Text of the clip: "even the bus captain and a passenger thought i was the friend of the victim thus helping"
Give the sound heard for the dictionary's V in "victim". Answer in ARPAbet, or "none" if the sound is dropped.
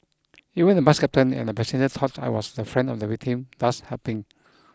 W